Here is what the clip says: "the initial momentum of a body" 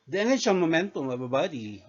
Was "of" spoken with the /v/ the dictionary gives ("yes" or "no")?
no